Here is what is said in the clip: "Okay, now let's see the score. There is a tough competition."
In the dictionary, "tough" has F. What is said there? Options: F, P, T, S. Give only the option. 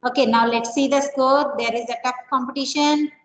P